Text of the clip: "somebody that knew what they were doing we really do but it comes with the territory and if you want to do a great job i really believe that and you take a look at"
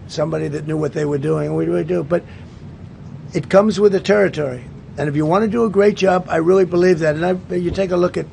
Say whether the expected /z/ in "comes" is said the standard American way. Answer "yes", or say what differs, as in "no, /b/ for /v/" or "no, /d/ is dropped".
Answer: yes